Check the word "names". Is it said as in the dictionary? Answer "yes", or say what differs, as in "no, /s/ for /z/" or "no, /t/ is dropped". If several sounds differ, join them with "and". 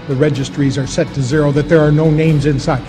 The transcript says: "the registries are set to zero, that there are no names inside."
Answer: yes